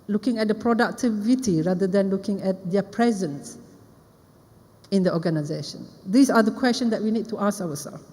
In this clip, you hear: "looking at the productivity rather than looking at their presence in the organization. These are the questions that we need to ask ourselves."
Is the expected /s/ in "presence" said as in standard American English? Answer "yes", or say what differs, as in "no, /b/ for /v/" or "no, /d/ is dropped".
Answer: yes